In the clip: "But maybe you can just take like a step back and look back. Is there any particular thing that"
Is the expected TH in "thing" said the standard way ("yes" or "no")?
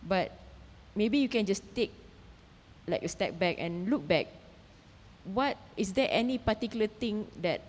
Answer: no